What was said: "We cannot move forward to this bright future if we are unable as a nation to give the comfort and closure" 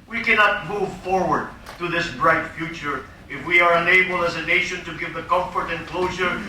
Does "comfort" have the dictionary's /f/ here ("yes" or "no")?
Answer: yes